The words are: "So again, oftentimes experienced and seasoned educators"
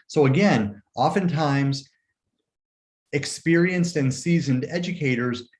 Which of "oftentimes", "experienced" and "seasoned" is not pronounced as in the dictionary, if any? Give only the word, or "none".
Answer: none